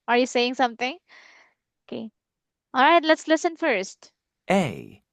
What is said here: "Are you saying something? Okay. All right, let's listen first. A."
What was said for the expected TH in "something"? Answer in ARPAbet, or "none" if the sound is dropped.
T